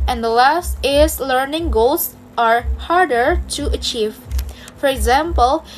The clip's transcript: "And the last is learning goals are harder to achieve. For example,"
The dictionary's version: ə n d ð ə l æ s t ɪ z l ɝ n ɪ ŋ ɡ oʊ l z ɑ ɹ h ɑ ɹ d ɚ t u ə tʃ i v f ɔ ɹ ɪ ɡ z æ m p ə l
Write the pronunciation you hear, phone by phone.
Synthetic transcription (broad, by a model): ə n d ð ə l æ s t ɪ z l ɝ n ɪ ŋ ɡ oʊ l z ɑ ɹ h ɑ ɹ d ɚ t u ə tʃ i v f ɔ ɹ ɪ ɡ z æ m p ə l